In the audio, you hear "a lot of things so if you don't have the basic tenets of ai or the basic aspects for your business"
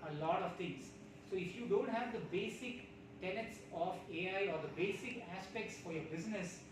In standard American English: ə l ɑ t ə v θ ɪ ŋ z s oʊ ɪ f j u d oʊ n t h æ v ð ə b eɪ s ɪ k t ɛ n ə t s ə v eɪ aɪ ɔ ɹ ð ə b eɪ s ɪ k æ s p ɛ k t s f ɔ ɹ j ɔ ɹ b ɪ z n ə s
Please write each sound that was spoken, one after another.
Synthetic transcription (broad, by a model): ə l ɑ t ə v t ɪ ŋ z s oʊ ɪ f j u d oʊ n t h æ v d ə b eɪ s ɪ k t ɛ n ə t s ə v eɪ aɪ ɔ ɹ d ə b eɪ s ɪ k æ s p ɛ k t s f ɔ ɹ j ɔ ɹ b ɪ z n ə s